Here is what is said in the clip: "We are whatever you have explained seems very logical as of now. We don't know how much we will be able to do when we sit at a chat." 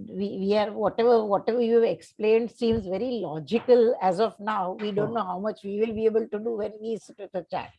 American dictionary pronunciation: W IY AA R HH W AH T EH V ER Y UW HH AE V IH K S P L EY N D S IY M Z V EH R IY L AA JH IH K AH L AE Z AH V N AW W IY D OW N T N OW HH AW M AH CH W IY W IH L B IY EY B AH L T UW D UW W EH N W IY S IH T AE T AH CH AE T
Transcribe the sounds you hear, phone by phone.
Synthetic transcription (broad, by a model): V IY AA R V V AH T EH V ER Y UW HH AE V IH K S P L EY N D S IY M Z V EH R IY L AA JH IH K AH L AE Z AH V N AW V IY D OW N T N OW HH AW M AH CH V IY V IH L B IY EY B AH L T UW D UW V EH N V IY S IH T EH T AH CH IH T